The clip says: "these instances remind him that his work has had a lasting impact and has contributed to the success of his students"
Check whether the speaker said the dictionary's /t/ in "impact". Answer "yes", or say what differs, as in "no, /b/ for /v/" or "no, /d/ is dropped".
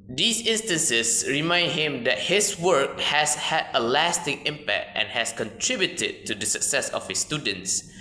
yes